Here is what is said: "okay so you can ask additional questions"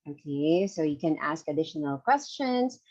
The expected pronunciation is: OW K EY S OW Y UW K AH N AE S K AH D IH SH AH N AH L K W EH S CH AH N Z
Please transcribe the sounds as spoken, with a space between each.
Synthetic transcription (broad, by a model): OW K EY S OW Y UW K AH N AE S K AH D IH SH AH N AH L K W EH S CH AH N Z